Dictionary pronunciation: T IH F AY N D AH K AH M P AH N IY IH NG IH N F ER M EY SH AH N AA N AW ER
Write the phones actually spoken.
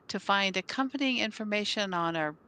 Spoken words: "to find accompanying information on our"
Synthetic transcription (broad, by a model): T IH F AY N D AH K AH M P AH N IY IH NG IH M F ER M EY SH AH N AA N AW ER